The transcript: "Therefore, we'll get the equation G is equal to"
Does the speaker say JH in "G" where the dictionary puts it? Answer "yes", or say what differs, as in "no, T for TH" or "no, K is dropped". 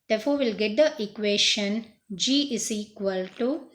yes